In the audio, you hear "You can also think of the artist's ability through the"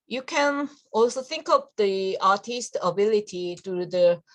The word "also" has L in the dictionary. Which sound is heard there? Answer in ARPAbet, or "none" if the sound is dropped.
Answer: L